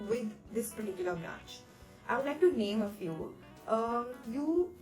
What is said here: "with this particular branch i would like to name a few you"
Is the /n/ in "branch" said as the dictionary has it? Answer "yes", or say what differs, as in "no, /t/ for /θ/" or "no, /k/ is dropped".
no, /n/ is dropped